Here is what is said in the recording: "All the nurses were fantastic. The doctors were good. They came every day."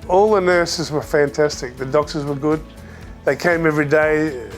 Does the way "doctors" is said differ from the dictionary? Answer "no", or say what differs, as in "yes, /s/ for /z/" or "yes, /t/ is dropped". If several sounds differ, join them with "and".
no